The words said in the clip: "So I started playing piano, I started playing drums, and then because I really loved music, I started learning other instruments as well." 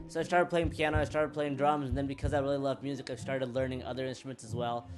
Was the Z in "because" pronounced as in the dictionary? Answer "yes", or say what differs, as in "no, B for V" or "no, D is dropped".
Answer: yes